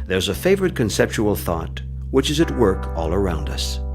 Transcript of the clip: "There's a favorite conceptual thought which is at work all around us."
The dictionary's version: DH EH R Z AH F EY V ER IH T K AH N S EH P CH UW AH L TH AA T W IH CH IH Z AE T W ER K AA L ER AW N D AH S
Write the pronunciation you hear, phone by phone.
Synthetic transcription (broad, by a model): DH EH R Z AH F EY V ER IH T K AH N S EH P CH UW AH L TH AA T W IH CH IH Z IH T W ER K AA L ER AW N D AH S